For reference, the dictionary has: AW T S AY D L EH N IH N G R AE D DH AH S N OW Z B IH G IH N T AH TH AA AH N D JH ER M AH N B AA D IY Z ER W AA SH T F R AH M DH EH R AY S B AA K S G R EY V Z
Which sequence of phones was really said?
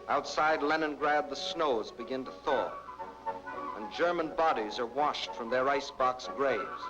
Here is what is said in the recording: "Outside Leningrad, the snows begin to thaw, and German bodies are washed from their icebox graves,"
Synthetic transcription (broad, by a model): AW T S AY D L EH N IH N G R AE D DH AH S N OW Z B IH G IH N T AH TH AA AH N JH ER M AH N B AA D IY Z ER W AA SH T F R AH M DH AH R AY S B AA K S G R EY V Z